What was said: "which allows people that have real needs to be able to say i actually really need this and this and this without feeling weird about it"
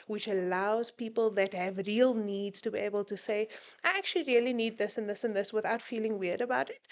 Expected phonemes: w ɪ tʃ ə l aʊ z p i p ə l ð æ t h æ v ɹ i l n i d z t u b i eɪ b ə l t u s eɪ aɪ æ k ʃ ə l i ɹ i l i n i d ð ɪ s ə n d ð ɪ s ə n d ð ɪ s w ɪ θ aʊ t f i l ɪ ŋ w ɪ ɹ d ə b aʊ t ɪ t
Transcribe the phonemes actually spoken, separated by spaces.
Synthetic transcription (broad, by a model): w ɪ tʃ ə l aʊ z p i p ə l ð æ t h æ v ɹ i l n i d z t u b i eɪ b ə l t u s eɪ aɪ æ k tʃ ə l i ɹ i l i n i d ð ɪ s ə n ð ɪ s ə n ð ɪ s w ɪ θ aʊ t f i l ɪ ŋ w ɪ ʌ d ə b aʊ t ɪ t